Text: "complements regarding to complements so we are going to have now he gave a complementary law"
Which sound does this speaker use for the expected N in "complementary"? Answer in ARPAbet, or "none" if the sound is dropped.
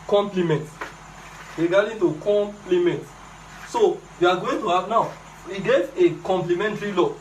N